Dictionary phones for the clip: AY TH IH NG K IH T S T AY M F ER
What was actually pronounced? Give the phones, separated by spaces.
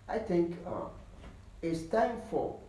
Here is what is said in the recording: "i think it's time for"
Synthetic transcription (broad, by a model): AY TH IH NG K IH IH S T AY M F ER